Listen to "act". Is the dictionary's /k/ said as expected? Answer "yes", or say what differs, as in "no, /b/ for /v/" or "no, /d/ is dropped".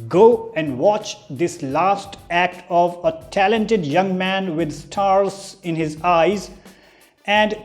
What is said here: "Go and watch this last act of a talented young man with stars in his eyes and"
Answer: yes